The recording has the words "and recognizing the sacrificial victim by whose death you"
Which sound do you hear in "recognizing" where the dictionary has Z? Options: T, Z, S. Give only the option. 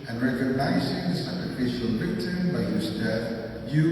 Z